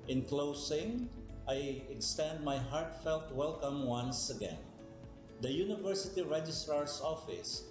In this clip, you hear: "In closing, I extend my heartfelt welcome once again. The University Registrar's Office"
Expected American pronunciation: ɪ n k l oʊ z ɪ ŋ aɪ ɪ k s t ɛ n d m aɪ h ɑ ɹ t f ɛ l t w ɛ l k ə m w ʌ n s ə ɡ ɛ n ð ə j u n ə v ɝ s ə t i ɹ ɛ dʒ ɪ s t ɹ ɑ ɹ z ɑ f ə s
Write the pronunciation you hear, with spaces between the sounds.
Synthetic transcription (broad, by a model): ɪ n k l oʊ s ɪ ŋ aɪ ɪ k s t ɛ n d m aɪ h ɑ ɹ t f ɛ l t w ɛ l k ə m w ʌ n s ə ɡ ɛ n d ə j u n ə v ɝ s ə t i ɹ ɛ dʒ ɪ s t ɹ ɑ ɹ s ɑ f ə s